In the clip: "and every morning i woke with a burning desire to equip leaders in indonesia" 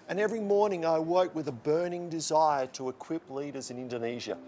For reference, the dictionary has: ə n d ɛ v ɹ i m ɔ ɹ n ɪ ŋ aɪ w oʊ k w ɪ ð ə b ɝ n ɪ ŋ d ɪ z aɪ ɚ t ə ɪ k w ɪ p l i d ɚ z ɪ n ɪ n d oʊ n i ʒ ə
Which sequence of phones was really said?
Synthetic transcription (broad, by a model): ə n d ɛ v ɹ i m ɔ ɹ n ɪ ŋ aɪ w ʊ k w ɪ ð ə b ɝ n ɪ ŋ d ɪ z aɪ ɚ t ə ɪ k w ɪ p l i d ɚ z ɪ n ɪ n d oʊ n i ʒ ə